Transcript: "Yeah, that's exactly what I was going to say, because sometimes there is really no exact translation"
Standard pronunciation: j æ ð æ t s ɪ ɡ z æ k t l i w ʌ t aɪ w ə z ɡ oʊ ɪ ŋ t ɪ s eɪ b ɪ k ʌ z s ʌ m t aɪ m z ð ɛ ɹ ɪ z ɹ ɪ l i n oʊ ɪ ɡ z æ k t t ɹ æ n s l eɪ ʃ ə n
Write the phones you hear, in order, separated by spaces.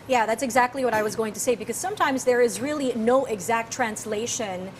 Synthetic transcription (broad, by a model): j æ ð æ t s ɪ ɡ z æ k t l i w ʌ t aɪ w ə z ɡ oʊ ɪ ŋ t ɪ s eɪ b ɪ k ʌ z s ʌ m t aɪ m z ð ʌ ɹ ɪ z ɹ ɪ l i n oʊ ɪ ɡ z æ k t t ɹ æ n s l eɪ ʃ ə n